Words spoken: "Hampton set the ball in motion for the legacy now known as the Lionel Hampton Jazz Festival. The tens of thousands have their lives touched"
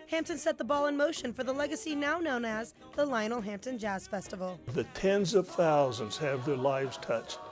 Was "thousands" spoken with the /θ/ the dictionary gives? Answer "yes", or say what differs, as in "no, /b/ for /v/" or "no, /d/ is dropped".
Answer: yes